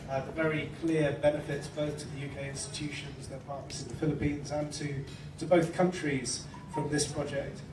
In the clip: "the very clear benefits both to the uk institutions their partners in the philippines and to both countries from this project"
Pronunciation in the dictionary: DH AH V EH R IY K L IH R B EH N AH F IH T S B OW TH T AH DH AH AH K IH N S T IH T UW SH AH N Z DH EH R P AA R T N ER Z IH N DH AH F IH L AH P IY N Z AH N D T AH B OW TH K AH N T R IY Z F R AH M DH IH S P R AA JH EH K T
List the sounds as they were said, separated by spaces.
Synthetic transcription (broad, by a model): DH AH V EH R IY K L IH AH B EH N AH F IH T S B OW TH T AH DH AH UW K IH N S T IH T UW SH AH N Z DH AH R P AA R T N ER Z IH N DH AH F IH L AH P IY N Z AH N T T AH B OW TH K AH N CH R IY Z F R AH M DH IH S P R AA JH EH K T